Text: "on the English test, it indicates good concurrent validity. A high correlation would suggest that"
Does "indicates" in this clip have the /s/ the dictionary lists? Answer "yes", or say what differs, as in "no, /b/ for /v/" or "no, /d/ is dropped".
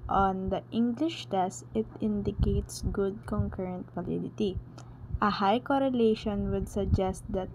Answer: yes